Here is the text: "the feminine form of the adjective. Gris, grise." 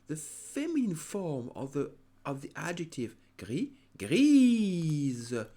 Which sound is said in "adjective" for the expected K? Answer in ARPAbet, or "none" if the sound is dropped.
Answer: K